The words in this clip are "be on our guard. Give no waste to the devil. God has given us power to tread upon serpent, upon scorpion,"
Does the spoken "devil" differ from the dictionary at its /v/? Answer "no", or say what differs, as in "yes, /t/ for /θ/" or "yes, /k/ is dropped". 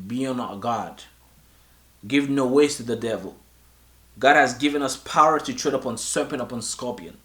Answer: no